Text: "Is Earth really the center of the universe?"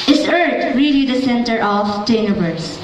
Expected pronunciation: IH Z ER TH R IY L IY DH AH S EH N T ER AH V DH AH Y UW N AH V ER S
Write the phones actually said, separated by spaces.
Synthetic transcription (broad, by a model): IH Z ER T R IY L IY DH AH S EH N T ER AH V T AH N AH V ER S